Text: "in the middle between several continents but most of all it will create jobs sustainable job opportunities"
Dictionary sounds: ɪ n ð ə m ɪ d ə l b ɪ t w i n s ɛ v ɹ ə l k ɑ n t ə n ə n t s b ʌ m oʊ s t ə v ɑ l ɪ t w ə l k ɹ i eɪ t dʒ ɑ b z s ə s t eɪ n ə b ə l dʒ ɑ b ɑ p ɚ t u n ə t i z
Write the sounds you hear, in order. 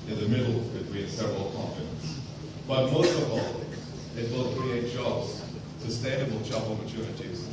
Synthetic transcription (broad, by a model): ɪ n ð ə m ɪ d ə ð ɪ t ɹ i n s ɛ v ɹ ə l k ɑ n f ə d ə n s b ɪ m oʊ s t ə v ɑ l ɪ t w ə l k ɹ i eɪ t dʒ ɑ b z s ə s t eɪ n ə b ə l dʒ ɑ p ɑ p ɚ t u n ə t i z